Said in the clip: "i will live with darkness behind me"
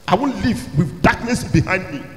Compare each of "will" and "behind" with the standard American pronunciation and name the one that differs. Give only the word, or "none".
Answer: will